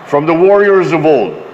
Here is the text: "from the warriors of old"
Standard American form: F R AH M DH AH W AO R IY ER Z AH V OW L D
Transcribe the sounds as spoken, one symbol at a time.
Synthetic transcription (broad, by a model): F R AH M DH AH W AO R IY ER Z AH V OW L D